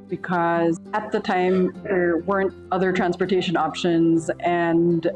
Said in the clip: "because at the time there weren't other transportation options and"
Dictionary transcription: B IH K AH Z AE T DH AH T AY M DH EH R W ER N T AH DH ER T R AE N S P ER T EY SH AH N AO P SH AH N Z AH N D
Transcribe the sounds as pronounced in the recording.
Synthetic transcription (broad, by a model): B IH K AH Z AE T DH AH T AY M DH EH R W ER N T AH DH ER T R AE N S P ER T EY SH AH N AO P SH AH N Z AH N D